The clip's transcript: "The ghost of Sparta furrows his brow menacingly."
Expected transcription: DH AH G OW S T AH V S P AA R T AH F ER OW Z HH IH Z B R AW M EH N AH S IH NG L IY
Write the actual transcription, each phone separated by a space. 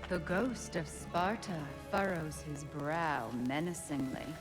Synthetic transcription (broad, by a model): DH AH G OW S T AH V S P AA R T AH F ER OW Z HH IH Z B R AW M EH N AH S IH NG L IY